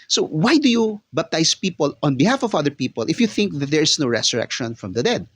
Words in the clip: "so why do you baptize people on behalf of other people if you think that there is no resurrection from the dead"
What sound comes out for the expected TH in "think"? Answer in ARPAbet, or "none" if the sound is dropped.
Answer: TH